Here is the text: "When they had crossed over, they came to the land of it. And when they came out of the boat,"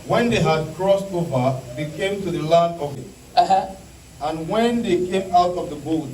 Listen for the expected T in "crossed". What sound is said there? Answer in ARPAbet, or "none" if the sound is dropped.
T